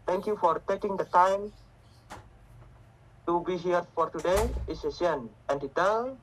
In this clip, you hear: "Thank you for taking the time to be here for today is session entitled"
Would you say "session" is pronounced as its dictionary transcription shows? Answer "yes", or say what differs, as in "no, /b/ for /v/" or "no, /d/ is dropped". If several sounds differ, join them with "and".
no, /ʃ/ is dropped